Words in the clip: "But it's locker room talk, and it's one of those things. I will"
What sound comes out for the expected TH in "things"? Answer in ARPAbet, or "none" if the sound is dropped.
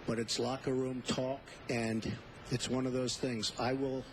TH